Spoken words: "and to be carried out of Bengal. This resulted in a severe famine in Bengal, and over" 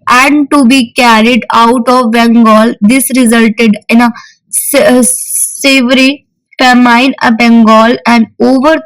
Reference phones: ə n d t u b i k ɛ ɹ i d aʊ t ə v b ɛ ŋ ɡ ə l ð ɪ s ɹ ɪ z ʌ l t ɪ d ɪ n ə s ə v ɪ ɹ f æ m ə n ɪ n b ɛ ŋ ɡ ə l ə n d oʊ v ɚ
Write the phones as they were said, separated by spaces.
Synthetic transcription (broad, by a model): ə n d t u b i k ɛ ɹ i d aʊ t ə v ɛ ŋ ɡ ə l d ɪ s ɹ ɪ z ʌ l t ɪ d ɪ n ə s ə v ɹ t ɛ m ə ɪ n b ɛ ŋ ɡ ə l ə n d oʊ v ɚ